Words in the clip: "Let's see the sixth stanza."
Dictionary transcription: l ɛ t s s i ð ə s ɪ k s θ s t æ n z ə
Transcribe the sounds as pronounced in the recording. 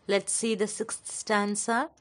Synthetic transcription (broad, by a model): l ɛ t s s i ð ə s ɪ k s t s t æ n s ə